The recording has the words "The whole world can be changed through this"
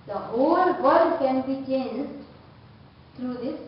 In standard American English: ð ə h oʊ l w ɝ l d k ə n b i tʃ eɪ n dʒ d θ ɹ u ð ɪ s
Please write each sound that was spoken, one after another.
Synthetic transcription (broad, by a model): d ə h oʊ l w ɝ d k ə n b i tʃ eɪ n dʒ d t ɹ u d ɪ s